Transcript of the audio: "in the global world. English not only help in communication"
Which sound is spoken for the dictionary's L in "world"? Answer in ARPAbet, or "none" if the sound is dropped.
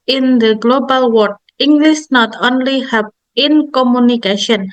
none